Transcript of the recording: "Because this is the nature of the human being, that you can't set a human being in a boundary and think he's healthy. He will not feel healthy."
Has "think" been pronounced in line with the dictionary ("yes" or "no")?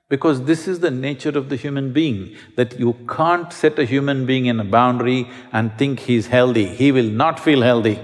no